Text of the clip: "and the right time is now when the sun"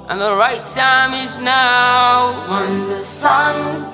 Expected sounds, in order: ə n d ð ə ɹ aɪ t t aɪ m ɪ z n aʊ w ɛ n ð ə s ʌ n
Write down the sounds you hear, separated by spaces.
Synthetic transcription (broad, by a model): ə n ð ə ɹ aɪ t t aɪ m ɪ z n aʊ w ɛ n ð ə s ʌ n